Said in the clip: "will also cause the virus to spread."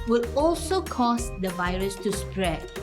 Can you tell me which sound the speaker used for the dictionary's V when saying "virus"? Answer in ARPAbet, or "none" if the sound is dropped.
V